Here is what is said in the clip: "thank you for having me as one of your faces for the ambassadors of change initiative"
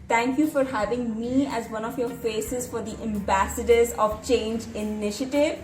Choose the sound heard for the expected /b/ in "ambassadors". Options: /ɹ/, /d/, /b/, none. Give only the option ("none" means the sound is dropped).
/b/